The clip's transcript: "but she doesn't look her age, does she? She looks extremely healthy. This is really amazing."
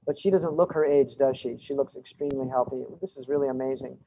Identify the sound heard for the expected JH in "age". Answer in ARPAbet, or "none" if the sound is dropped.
JH